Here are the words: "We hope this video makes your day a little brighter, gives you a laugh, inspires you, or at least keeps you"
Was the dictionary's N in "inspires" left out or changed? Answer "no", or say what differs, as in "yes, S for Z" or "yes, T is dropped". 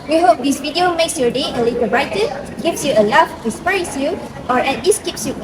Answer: yes, N is dropped